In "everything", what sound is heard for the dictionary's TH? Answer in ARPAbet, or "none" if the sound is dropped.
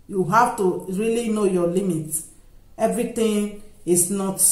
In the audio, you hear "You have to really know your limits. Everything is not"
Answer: T